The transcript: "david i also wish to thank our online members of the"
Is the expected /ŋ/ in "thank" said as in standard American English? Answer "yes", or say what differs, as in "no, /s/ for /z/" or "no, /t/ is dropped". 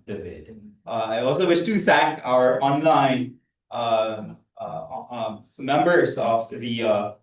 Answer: no, /ŋ/ is dropped